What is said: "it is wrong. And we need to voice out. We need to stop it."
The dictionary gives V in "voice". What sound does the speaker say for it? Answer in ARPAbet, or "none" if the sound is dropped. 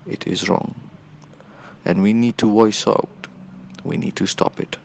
W